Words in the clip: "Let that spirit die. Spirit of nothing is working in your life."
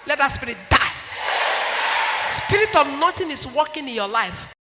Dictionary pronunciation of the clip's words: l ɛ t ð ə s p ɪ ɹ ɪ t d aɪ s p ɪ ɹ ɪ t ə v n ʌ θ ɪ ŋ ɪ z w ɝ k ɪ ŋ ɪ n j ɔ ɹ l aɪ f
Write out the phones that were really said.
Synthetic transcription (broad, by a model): l ɛ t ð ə s p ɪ ɹ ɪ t d aɪ s p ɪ ɹ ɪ t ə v n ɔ t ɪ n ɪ s w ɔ k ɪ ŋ ɪ n j ɔ l aɪ f